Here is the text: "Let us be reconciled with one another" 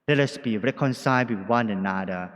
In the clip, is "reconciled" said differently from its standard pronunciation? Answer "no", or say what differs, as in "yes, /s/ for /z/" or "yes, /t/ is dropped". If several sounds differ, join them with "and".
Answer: yes, /l/ is dropped